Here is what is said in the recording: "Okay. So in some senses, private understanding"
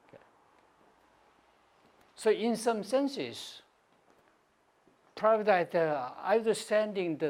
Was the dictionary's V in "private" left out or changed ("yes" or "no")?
yes